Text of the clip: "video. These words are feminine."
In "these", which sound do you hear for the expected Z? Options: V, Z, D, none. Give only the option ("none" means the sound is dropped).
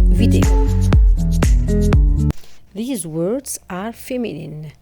Z